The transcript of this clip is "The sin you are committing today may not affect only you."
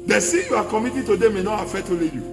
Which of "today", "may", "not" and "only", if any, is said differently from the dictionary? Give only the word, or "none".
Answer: only